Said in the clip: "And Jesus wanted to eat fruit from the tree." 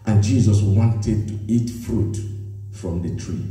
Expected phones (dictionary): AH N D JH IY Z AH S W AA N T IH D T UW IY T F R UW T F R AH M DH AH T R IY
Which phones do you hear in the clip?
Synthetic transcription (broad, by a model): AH N JH IY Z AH S W AA N T IH D T UW IY T F R UW T F R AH M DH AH T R IY